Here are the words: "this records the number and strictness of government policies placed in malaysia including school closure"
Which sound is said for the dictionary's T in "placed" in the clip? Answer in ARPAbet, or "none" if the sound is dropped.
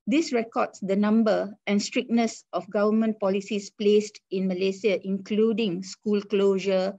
T